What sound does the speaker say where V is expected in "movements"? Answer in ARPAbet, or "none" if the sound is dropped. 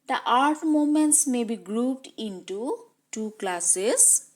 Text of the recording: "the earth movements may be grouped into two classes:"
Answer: none